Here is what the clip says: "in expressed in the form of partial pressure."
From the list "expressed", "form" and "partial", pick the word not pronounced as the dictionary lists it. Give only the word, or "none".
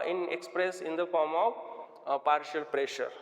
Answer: expressed